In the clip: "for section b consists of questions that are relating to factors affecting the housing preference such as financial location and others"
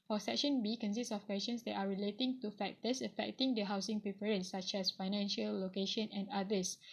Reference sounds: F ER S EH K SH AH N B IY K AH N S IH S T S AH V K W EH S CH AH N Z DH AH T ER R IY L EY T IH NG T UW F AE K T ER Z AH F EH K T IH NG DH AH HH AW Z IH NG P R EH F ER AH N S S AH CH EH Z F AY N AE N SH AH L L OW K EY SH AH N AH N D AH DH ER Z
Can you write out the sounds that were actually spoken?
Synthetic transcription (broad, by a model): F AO S EH K SH AH N B IY K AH N S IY S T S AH F K W EH S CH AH N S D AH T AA R IY L EY T IH NG T UW F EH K T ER S AH F EH K T IH NG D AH HH AW S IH NG P R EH P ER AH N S S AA CH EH S F AY N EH N SH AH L L OW K EY SH AH N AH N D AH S